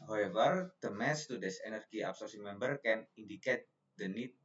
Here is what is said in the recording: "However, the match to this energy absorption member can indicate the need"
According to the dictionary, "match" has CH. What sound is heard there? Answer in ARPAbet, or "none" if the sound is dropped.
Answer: S